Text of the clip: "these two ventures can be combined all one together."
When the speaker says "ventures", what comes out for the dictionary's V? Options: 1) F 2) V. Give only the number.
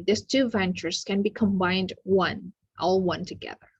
2